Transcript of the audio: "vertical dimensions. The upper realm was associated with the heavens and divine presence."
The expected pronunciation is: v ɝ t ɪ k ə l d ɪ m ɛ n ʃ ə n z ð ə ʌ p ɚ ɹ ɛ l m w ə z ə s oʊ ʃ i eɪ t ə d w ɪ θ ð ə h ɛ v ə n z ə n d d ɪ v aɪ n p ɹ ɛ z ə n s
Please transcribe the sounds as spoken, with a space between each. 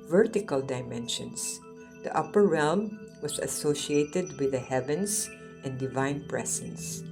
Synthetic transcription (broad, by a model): v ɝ t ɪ k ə l d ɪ m ɛ n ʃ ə n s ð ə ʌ p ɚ ɹ ɛ l m w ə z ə s oʊ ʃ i eɪ t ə d w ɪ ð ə h ɛ v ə n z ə n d d ɪ v aɪ n p ɹ ɛ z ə n s